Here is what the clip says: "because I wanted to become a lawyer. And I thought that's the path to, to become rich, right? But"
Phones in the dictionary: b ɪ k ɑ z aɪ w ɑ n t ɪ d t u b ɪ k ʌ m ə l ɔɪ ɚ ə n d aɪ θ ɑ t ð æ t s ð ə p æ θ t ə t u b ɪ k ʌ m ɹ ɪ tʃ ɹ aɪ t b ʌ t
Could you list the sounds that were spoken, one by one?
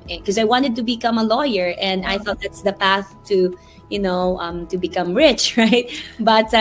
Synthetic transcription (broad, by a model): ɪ k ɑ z aɪ w ɑ n t ɪ d t u b ɪ k ʌ m ə l ɔɪ ɚ ə n d aɪ θ ɑ t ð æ t s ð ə p æ θ t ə t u b ɪ k ʌ m ɹ ɪ tʃ ɹ aɪ t b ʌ t